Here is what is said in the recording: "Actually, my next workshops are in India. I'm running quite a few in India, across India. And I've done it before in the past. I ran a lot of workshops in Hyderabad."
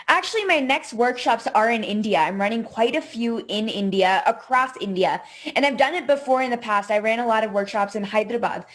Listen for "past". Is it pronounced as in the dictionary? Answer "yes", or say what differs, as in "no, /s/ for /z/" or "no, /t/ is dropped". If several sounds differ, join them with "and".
yes